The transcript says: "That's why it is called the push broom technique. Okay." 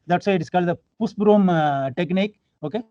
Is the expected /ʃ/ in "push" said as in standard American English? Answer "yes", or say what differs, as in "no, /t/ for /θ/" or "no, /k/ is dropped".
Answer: no, /s/ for /ʃ/